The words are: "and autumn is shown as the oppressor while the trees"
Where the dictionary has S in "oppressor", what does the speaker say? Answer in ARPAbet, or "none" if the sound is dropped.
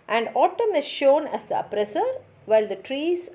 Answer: S